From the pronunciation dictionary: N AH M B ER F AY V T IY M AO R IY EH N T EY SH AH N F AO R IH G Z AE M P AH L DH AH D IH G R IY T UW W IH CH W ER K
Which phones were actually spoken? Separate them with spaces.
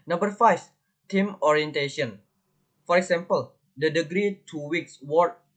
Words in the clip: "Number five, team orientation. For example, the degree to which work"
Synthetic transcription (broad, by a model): N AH M B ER F AY F T IY M AO R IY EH N T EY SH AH N F AO R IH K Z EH M P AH L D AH D IH G R IY T UW W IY S W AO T